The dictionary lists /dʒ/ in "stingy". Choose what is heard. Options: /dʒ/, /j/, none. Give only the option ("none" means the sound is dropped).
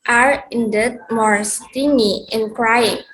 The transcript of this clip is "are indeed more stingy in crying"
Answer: none